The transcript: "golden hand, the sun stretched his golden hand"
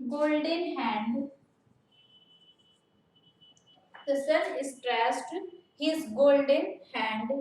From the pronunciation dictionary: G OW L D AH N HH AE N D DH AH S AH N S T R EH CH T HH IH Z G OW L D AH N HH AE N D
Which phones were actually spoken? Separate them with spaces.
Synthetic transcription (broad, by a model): G OW L D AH N HH AE N D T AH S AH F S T R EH S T HH IH Z G OW L D AH N HH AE N D